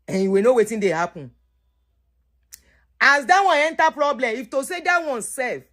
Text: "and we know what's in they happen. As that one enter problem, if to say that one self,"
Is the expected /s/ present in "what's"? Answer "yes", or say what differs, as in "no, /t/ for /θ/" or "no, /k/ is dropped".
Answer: no, /s/ is dropped